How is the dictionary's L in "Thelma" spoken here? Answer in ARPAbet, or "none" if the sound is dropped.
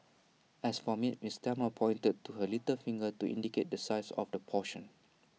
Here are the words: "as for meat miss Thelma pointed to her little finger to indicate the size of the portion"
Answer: none